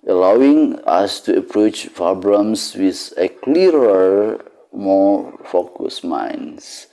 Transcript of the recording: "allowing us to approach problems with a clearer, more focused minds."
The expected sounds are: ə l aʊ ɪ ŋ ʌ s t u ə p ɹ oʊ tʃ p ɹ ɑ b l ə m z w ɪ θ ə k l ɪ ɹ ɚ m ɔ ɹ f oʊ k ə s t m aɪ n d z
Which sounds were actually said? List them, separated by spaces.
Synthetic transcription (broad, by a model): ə l aʊ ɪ ŋ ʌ s t u ə p ɹ oʊ tʃ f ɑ b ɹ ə m s w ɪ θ ə k l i ɹ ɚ m ɔ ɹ f oʊ k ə s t m aɪ n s